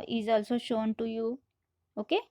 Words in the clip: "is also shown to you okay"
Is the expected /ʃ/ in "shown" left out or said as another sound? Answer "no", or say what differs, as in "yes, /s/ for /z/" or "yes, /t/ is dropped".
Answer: no